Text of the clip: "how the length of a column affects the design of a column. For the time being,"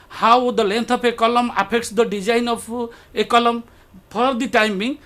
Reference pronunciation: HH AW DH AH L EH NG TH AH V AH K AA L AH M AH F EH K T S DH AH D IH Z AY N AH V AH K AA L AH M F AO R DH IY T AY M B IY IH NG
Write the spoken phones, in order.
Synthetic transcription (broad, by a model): HH AW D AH L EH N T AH P AH K AA L AH M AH P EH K T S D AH D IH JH AY N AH P AH K AA L AH M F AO R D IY T AY M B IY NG